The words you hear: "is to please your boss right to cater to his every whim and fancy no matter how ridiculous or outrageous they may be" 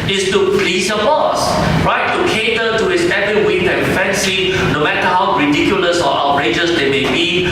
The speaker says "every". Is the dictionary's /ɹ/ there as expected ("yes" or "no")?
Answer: no